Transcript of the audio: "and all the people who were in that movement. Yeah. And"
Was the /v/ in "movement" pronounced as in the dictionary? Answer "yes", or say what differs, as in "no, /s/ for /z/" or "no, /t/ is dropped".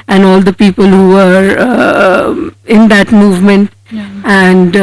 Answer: yes